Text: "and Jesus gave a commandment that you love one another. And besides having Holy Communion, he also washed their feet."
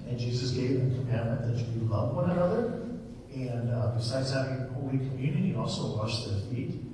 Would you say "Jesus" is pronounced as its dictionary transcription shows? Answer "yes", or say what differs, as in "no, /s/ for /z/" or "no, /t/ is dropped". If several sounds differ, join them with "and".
yes